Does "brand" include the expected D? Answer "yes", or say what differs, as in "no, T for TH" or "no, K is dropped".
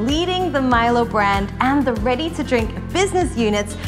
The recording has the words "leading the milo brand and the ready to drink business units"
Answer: yes